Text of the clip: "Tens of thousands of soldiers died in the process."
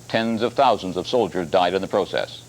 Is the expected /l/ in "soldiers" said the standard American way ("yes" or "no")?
yes